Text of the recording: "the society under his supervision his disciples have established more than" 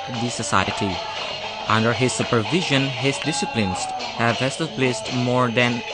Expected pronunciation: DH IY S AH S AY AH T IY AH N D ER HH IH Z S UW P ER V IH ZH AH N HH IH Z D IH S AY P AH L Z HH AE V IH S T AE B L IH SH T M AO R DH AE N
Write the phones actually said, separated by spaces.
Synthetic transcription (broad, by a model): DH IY S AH S AY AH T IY AH N D ER HH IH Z S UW P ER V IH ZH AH N HH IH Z D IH S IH P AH N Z HH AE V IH S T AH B L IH S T M AO R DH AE N